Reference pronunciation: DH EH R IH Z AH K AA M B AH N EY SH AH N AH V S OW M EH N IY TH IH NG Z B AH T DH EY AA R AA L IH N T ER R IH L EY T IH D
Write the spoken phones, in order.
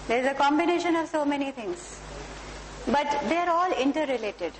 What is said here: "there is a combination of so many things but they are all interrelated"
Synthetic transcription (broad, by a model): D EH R IH Z AH K AA M B AH N EY SH AH N AH V S OW M EH N IY T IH NG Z B AH T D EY AA R AA L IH N T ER R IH L EY T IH D